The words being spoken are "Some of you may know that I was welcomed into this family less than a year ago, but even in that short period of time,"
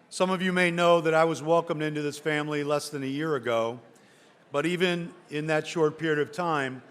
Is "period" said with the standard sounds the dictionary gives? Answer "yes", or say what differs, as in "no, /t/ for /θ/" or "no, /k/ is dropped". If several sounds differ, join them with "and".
yes